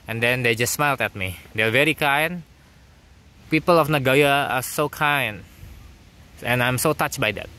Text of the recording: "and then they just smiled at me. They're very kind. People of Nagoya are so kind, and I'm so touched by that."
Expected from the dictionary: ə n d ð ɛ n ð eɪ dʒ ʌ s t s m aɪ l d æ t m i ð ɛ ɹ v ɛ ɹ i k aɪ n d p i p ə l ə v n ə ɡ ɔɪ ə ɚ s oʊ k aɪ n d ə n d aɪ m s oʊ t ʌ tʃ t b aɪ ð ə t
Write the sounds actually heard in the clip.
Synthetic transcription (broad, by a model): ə n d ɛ n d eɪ dʒ ʌ s t s m aɪ l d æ t m i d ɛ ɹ v ɛ ɹ i k aɪ n p i p ə l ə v n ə ɡ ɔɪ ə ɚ s oʊ k aɪ n ə n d aɪ m s oʊ t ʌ tʃ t b aɪ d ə t